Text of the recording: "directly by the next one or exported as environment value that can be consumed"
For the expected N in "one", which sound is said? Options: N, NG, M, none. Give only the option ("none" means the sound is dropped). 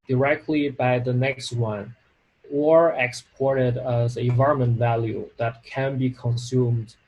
N